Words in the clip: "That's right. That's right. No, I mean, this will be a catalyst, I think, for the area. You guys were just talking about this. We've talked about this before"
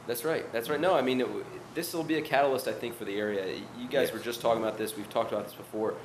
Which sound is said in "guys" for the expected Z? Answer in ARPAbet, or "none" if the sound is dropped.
Z